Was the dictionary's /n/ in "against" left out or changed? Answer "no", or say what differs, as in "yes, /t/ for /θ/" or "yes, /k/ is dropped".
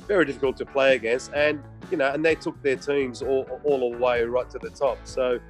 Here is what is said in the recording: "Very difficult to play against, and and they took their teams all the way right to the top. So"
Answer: yes, /n/ is dropped